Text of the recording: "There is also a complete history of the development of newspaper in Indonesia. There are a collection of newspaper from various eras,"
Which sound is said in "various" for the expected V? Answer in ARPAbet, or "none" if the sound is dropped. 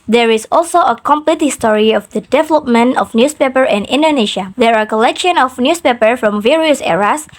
V